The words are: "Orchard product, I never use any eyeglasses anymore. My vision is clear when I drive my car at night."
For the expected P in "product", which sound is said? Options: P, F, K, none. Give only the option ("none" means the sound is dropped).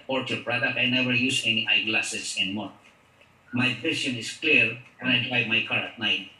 P